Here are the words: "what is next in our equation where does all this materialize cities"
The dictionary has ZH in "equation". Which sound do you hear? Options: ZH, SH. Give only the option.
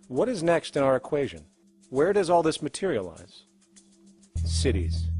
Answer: ZH